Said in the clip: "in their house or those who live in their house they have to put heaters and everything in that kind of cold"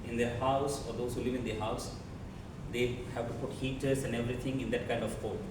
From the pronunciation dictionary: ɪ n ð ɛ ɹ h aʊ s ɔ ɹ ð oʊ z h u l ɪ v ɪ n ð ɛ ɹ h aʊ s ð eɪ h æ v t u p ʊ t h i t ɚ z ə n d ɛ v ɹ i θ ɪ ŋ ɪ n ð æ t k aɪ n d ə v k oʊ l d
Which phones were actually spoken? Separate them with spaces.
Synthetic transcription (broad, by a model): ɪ n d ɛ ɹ h aʊ s ɔ ɹ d oʊ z h u l ɪ v ɪ n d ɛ h aʊ s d eɪ h æ v t u p ʊ t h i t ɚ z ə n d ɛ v ɹ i t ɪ ŋ ɪ n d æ t k aɪ n d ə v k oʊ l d